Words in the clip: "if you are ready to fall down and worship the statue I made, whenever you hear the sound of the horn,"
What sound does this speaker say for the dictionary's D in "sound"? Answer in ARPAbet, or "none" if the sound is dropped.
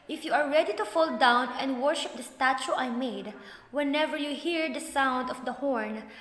D